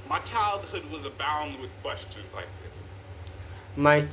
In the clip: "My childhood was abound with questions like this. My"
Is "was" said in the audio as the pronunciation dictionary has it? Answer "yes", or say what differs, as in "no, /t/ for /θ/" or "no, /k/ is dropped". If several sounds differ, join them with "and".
yes